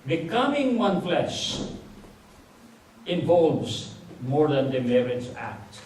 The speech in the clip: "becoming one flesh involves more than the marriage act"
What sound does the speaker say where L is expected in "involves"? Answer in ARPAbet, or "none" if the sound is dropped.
L